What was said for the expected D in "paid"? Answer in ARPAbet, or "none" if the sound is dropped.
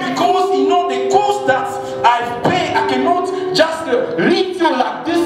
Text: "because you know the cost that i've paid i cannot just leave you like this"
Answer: none